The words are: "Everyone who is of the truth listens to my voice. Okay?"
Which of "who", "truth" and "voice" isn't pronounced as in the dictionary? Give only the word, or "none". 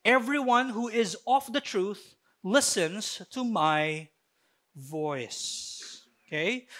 none